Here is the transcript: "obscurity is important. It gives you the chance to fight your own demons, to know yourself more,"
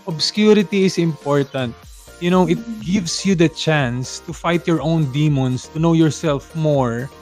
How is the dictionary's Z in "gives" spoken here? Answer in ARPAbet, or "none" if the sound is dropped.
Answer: S